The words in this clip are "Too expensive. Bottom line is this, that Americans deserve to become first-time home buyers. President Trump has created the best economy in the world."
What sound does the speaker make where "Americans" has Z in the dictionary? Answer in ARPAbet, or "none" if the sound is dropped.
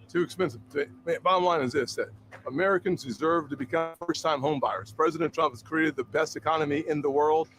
Z